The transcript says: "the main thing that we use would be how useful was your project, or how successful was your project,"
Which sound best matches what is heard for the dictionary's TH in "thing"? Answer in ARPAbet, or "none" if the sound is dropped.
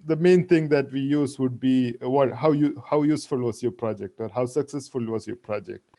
T